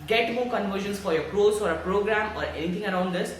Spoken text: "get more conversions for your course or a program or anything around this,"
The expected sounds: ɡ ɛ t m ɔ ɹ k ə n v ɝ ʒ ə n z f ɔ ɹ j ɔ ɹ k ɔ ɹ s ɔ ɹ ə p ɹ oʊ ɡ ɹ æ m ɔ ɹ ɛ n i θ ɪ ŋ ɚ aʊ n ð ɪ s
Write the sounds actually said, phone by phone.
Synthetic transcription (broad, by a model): ɡ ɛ t m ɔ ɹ k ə n v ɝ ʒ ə n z f ɔ ɹ j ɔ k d ɔ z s ɔ ɹ ə p ɹ oʊ ɡ ɹ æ m ɔ ɹ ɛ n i t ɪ ŋ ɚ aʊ n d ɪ s